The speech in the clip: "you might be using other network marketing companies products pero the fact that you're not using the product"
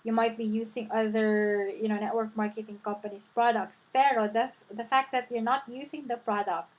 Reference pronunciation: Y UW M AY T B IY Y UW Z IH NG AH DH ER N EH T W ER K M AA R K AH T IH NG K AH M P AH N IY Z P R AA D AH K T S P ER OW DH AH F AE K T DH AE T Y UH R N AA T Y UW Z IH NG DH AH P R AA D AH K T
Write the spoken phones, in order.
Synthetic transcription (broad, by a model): Y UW M AY T B IY Y UW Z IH NG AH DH ER N EH T W ER K M AA R K AH T IH NG K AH M P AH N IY S P R AA D AH K T S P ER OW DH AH F AE K T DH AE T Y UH R N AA T Y UW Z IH NG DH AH P R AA D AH K T